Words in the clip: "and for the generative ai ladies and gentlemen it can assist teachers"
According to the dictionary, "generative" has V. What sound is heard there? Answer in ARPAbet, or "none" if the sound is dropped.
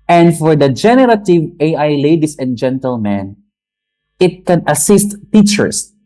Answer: V